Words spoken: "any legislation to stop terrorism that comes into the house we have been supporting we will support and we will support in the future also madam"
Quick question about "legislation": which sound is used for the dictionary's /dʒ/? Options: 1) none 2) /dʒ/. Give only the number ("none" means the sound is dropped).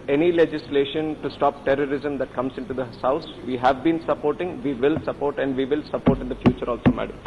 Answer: 2